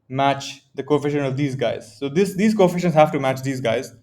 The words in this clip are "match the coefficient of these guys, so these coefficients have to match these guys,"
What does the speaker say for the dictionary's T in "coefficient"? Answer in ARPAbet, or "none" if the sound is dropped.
none